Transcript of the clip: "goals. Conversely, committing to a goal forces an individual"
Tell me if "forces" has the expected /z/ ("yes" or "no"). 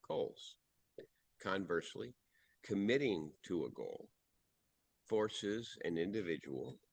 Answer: yes